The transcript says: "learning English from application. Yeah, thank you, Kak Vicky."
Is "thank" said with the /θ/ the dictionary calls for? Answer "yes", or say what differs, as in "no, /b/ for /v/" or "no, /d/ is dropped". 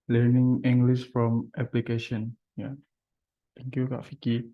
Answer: no, /t/ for /θ/